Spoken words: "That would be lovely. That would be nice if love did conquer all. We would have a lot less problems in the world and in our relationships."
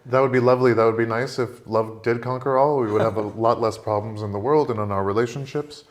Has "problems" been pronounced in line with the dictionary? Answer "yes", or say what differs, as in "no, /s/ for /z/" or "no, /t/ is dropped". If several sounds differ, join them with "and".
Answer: yes